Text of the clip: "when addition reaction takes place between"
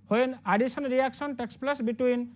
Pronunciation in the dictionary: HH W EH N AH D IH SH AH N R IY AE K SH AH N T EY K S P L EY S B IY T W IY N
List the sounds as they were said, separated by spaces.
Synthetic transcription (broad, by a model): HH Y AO N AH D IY S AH N R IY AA K S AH N T EY K S P L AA S B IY T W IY N